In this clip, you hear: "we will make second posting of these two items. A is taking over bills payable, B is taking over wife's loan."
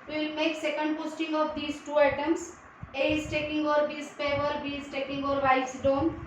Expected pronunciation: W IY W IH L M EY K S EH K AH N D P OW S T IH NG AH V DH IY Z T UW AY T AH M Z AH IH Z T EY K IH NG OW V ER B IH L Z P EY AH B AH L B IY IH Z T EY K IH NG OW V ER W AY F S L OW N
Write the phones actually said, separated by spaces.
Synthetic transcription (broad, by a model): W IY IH L M EY K S EH K AH N D P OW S T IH NG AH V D IY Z T UW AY T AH M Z AH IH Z T EY K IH NG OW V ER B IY Z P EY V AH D B IY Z T EY K IH NG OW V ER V AY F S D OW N